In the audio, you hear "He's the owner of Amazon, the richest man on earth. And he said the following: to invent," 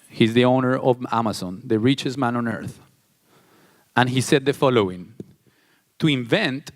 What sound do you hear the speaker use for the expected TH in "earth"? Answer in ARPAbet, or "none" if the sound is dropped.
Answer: TH